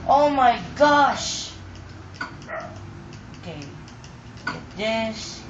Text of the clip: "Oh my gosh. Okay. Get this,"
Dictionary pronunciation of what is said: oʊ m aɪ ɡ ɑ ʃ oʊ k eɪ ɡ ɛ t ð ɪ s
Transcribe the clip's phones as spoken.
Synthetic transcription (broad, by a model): oʊ m aɪ ɡ ɑ ʃ oʊ k eɪ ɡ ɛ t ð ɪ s